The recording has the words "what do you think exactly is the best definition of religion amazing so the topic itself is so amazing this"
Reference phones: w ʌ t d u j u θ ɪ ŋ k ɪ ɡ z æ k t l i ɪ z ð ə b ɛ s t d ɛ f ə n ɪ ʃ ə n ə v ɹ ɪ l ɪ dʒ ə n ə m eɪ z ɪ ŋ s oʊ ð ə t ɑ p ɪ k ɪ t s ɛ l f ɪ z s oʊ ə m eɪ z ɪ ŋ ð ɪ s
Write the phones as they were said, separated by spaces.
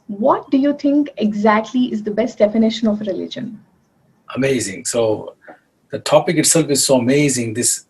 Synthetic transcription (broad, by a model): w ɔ t d u j u t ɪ ŋ k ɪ ɡ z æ k t l i ɪ z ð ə b ɛ s t d ɛ f ə n ɪ ʃ ə n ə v ɹ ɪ l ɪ dʒ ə n ə m eɪ z ɪ ŋ s oʊ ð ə t ɑ p ɪ k ɪ t s ɛ l f ɪ z s oʊ ə m eɪ z ɪ ŋ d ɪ s